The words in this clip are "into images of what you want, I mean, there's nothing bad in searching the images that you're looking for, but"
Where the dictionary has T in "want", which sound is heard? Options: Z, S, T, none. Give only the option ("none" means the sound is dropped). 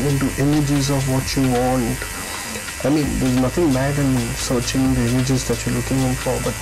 T